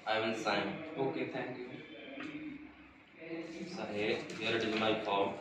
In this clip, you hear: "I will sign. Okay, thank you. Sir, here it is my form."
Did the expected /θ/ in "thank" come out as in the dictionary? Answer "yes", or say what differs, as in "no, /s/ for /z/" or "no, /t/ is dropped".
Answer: no, /t/ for /θ/